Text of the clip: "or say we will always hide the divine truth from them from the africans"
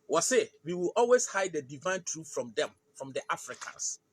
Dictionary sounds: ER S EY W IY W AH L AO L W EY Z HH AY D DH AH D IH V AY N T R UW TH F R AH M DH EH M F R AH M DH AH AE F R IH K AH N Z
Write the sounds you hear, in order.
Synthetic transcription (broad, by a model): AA S EY W IY W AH L AO L W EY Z HH AY D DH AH D IH V AY N T R UW F F R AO M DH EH M F R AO M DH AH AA F R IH K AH N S